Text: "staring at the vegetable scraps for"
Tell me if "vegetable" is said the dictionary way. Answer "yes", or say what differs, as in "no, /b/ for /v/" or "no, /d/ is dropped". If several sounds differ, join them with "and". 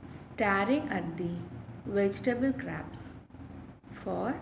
yes